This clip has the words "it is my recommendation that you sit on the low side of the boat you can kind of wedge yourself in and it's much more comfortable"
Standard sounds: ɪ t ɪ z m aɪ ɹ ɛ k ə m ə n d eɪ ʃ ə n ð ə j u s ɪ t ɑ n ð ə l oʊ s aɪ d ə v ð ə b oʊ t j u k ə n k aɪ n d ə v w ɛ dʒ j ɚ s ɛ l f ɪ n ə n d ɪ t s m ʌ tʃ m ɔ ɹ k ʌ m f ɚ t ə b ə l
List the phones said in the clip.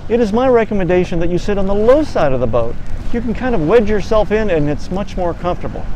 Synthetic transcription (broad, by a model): ɪ t ɪ z m aɪ ɹ ɛ k ə m ə n d eɪ ʃ ə n ð ə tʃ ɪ s ɪ t n ð ə l oʊ s aɪ d ə v ð ə b oʊ t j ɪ k n k aɪ n d ə v w ɛ dʒ j ɚ s ɛ l f ɪ n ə n ɪ t s m ʌ tʃ m ɔ ɹ k ʌ m f t ə b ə l